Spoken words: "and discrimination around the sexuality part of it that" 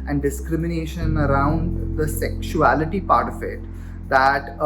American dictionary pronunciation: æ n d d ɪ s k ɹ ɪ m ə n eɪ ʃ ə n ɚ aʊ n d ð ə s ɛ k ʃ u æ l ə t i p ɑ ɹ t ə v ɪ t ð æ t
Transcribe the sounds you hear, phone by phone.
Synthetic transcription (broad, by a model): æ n d d ɪ s k ɹ ɪ m ə n eɪ ʃ ə n ɚ aʊ n d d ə s ɛ k ʃ u æ l ə t i p ɑ ɹ t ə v ɪ t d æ t